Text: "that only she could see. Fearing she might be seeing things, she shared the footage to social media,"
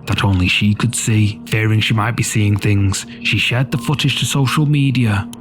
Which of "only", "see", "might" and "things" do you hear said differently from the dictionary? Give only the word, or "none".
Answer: none